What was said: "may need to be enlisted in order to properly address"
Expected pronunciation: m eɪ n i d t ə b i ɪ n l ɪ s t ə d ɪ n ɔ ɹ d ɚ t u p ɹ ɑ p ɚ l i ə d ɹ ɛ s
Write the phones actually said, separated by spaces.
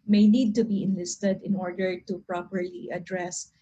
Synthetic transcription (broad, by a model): m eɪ n i d t ə b i ɪ n l ɪ s t ə d ɪ n ɔ ɹ d ɚ t u p ɹ ɑ p ɚ l i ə d ɹ ɛ s